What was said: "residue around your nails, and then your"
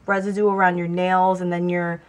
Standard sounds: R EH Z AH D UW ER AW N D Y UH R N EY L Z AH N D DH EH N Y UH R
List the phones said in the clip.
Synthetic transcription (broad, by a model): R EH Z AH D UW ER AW N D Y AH R N EY L Z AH N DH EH N Y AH R